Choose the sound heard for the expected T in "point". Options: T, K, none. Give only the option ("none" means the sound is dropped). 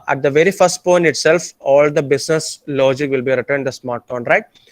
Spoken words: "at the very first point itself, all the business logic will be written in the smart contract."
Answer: none